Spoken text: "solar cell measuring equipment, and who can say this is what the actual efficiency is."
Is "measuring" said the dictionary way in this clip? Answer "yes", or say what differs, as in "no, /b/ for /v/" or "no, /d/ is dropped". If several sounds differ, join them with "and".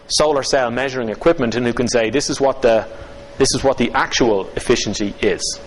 yes